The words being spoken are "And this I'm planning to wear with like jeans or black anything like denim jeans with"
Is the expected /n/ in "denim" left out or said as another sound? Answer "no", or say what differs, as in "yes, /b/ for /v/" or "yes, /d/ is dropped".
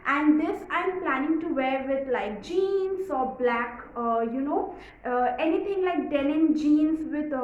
yes, /l/ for /n/